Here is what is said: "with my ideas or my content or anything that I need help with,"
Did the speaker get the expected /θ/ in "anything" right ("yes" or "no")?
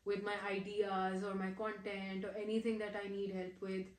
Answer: no